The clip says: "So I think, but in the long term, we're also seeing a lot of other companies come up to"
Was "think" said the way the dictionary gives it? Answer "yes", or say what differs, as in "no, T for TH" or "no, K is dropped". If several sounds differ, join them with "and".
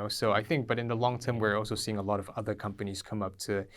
yes